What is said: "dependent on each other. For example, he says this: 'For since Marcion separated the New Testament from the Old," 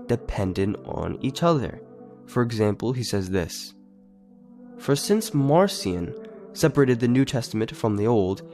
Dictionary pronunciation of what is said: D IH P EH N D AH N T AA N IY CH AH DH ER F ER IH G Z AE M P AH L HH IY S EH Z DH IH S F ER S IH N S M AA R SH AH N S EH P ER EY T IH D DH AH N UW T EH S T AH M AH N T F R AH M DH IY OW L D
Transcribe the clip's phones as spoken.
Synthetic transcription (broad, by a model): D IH P EH N D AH N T N IY CH AH DH ER F ER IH G Z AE M P L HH IY S EH Z DH IH S F ER S IH N S M AA R S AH N S EH P ER EY T IH D DH AH N UW T EH S T AH M AH N T F R AH M DH IY OW L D